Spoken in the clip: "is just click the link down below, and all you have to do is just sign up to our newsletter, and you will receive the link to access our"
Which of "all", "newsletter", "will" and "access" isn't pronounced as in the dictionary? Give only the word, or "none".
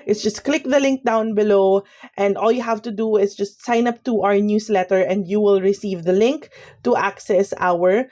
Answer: newsletter